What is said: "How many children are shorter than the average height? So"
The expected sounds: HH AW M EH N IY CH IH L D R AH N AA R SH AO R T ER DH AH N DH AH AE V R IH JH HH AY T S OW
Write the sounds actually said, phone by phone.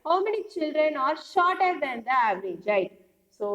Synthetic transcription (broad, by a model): HH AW M EH N IY CH IH L D R AH N AA R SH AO R T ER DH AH N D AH AE V R IH JH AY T S OW